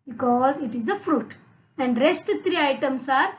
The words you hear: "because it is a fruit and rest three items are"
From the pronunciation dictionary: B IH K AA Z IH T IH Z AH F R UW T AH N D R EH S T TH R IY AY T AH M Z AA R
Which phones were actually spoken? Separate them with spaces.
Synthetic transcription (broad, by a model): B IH K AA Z IH T IH Z AH F R UW T AH N D R EH S T T R IY AY T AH M S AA R